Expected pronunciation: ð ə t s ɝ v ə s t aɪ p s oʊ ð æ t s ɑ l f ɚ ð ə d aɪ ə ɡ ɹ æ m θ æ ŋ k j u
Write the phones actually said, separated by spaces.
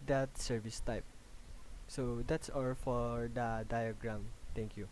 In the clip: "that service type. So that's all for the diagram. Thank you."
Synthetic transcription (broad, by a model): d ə t s ɝ v ə s t aɪ p s oʊ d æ t s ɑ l f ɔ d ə d aɪ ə ɡ ɹ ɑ m t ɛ ŋ k j u